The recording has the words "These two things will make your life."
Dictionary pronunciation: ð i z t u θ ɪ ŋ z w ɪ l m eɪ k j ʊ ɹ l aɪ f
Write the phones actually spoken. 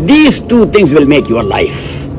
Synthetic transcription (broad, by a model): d i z t u t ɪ ŋ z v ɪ l m eɪ k j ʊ ɹ l aɪ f